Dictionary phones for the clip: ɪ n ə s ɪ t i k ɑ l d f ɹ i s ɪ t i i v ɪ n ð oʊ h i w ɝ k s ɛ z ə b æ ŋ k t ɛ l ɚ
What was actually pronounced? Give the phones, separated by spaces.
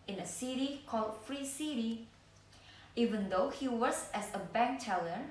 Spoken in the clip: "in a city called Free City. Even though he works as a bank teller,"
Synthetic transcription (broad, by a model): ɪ n ə s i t i k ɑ l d f ɹ i s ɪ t i i v ɪ n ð oʊ h i w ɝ s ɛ s ə b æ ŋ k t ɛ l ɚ